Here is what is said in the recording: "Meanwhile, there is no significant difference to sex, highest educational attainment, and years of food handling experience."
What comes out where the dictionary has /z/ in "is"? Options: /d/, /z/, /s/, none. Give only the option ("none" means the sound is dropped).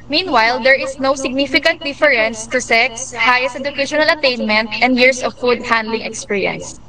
/s/